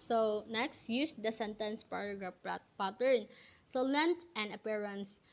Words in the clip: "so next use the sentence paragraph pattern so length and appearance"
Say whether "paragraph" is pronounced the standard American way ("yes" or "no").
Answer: no